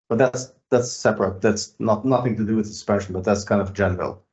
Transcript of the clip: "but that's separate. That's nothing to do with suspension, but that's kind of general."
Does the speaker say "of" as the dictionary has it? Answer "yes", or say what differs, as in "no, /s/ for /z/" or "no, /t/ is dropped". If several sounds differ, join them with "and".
yes